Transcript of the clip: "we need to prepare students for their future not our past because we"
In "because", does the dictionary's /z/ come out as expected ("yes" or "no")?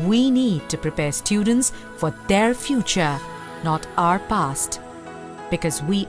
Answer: yes